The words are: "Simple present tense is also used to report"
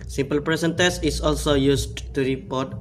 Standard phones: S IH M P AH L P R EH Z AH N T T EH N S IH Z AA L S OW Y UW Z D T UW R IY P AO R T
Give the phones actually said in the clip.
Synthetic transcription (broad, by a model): S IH M P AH L P R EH S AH N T T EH S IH S AA L S OW Y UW S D T UW R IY P AO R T